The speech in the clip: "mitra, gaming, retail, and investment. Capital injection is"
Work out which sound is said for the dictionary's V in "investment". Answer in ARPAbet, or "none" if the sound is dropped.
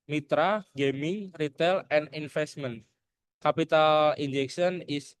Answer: F